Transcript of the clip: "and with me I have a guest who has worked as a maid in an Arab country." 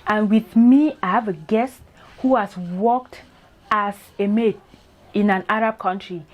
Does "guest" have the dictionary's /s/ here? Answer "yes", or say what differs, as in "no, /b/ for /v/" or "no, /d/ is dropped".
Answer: yes